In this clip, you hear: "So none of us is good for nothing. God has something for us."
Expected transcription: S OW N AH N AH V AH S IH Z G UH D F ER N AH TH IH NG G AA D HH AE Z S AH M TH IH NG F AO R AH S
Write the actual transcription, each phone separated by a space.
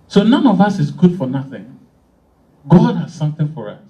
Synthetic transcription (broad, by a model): S OW N AH N AH V AH S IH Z G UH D F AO N AH TH IH NG G AA D HH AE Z S AH M TH IH NG F AO R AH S